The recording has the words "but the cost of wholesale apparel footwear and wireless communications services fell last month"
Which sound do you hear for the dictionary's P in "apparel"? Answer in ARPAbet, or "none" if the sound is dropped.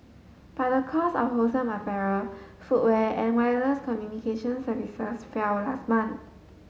F